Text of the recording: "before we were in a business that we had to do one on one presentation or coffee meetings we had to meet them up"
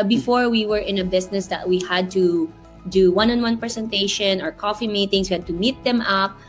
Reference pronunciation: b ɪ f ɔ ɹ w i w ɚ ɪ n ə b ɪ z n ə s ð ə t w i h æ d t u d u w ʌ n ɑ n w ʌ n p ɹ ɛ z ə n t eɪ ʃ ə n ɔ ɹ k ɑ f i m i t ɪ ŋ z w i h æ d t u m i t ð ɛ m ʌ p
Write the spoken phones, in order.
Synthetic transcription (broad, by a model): b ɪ f ɔ ɹ w i w ɚ ɪ n ə b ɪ s n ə s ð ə t w i h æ d t u d u w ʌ n ɑ n w ʌ n p ɹ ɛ s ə n t eɪ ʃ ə n ɔ ɹ k ɑ f i m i t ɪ ŋ s w i h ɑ d t u m i t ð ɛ m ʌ p